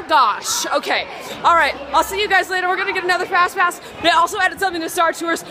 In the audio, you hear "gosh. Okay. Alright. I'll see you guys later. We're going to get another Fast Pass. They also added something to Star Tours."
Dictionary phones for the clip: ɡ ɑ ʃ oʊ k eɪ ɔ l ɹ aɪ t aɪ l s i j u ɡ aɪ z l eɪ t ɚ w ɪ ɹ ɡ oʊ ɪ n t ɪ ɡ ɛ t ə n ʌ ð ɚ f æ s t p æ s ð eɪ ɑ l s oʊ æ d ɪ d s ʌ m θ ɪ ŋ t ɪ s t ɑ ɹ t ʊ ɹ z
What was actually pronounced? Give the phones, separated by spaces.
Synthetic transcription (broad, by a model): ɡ ɑ ʃ oʊ k eɪ ɔ l ɹ aɪ t aɪ l s i j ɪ ɡ aɪ z l eɪ t ɚ w ɪ ɹ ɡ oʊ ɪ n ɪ ɡ ɛ t ə n ʌ ð ɚ f æ s t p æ s ð eɪ ɑ l s oʊ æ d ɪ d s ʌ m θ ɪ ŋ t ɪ s t ɑ ɹ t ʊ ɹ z